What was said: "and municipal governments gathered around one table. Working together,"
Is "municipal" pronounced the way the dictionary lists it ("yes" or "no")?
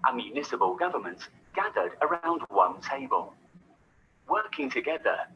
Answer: no